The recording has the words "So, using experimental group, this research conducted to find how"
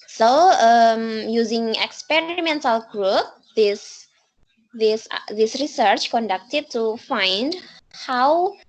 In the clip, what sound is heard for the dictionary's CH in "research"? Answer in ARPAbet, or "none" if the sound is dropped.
CH